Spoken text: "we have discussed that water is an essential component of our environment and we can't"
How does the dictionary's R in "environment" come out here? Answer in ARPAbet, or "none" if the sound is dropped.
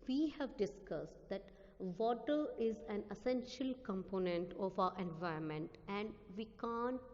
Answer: none